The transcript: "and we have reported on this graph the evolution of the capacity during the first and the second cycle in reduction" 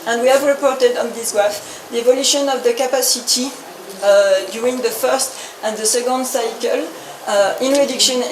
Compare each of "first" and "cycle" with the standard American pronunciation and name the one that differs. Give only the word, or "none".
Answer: none